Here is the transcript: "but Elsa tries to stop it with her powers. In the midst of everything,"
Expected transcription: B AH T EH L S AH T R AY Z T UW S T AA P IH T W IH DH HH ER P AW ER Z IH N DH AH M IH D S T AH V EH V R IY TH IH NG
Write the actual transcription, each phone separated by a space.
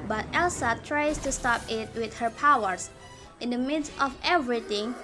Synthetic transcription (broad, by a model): B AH T EH L S AH T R AY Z T UW S T AA P IH T W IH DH HH ER P AW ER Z IH N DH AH M IH D S T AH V EH V R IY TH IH NG